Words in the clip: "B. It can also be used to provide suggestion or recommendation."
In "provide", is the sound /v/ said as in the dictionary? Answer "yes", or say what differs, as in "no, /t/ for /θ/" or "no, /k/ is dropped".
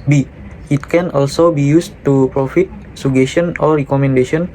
no, /f/ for /v/